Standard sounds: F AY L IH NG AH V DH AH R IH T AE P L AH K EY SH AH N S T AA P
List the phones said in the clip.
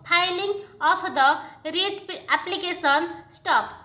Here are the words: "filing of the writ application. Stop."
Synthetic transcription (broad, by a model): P AY L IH NG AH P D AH R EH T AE P L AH K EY S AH N S T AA P